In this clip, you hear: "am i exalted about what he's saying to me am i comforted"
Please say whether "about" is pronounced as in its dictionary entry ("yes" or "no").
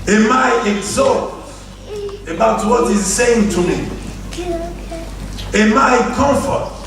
yes